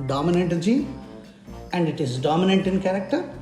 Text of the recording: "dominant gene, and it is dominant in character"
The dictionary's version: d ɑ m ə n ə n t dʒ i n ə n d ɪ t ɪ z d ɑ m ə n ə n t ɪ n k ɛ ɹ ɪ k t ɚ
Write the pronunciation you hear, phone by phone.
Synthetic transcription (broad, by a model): d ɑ m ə n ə n t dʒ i ə n d ɪ t ɪ z d ɑ m ə n ə n t ɪ n k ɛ ɹ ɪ k t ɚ